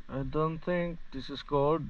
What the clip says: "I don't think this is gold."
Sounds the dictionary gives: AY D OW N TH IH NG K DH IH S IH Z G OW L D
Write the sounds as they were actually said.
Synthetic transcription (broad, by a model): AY D OW N T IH NG K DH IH S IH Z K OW L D